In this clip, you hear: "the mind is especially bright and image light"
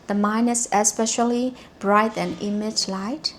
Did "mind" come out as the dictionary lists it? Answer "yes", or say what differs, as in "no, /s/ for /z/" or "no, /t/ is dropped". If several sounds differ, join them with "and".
no, /d/ is dropped